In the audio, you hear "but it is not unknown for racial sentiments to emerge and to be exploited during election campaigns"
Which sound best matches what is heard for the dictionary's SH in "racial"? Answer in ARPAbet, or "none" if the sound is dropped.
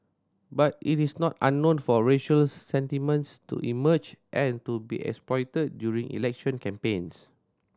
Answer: SH